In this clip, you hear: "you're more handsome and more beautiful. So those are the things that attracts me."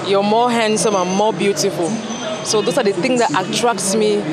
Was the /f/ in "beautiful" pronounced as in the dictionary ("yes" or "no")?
yes